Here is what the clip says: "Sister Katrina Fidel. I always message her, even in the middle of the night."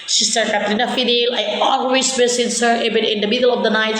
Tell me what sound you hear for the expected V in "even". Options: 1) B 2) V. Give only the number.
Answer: 1